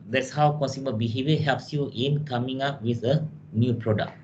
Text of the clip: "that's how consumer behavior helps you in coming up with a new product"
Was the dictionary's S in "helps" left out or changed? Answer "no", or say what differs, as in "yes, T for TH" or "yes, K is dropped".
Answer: no